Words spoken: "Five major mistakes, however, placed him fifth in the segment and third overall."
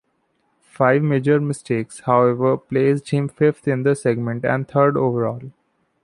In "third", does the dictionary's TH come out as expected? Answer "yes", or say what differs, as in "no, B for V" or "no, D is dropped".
no, T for TH